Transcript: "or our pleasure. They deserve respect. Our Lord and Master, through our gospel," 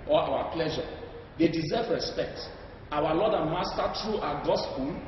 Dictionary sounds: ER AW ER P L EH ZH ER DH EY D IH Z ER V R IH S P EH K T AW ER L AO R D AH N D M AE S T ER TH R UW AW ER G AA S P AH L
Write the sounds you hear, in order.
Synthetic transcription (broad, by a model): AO AW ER P L EH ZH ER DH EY D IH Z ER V R IH S P EH K T AW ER L AO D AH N M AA S T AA T R UW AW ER G AA S P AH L